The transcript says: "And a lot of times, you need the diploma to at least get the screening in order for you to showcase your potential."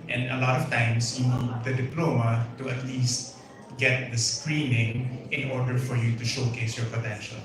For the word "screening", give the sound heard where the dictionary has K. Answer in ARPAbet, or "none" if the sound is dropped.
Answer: K